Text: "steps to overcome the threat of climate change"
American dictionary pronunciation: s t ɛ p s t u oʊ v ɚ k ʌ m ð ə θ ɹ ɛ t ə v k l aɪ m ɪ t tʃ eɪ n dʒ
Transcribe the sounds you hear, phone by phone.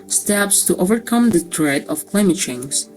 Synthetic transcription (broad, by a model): s t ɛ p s t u oʊ v ɚ k ʌ m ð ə t ɹ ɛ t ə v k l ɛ m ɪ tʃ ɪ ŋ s